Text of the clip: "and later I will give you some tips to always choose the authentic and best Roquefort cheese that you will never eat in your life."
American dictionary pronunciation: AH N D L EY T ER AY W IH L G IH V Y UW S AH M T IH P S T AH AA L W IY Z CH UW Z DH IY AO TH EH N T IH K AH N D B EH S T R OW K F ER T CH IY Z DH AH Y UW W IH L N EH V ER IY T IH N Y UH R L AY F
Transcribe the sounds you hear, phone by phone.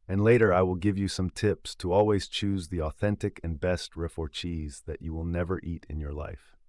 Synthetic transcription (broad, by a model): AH N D L EY T ER AY W IH L G IH V Y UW S AH M T IH P S T AH AA L W IY Z CH UW Z DH IY AO TH EH N T IH K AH N B EH S T R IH F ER CH IY Z DH AH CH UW W IH L N EH V ER IY T IH N Y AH R L AY F